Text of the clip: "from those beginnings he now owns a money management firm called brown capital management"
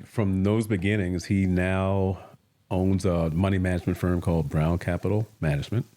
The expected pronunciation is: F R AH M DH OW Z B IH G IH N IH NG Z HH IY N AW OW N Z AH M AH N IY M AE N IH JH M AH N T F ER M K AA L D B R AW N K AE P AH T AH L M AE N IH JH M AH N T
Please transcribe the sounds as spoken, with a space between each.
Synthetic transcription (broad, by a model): F R AH M DH OW Z B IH G IH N IH NG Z HH IY N AW OW N Z AH M AH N IY M AE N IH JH M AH N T F ER M K AA L D B R AW N K AE P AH T L M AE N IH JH M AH N T